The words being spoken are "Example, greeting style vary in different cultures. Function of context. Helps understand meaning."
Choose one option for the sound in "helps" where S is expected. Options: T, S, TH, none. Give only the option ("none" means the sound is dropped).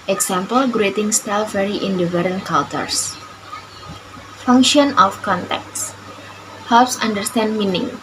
S